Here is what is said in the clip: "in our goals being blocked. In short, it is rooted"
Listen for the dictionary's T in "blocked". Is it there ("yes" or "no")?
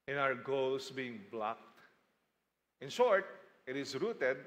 yes